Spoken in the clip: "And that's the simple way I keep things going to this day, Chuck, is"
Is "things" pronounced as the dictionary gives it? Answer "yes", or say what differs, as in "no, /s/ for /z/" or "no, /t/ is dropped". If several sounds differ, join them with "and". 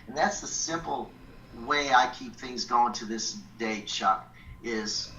yes